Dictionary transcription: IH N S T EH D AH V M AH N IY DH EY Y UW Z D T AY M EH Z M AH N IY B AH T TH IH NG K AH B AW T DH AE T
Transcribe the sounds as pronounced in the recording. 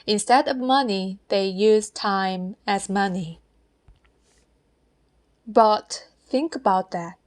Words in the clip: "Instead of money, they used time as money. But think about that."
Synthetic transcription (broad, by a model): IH N S T EH D AH V M AH N IY DH EY Y UW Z T AY M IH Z M AH N IY B AH T TH IH NG K AH B AW T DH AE T